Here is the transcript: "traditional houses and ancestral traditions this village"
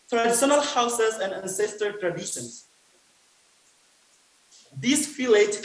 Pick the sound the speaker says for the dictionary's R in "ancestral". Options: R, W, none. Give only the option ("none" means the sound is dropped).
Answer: none